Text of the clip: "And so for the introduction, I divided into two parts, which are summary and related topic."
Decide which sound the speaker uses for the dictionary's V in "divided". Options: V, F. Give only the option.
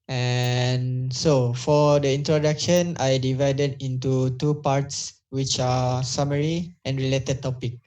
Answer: V